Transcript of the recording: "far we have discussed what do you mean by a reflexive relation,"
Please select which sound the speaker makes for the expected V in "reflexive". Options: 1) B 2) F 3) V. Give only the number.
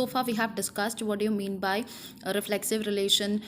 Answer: 3